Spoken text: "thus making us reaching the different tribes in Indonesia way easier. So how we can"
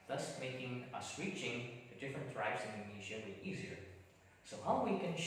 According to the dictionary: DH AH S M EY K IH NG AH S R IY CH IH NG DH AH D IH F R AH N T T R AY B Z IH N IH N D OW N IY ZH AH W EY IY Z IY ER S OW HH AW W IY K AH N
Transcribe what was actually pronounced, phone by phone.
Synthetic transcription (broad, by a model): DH AH S M EY K IH NG AH S W IY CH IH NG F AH D IH F R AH N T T R AY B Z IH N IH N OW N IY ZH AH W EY IY Z IY ER S OW HH AW W IY K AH N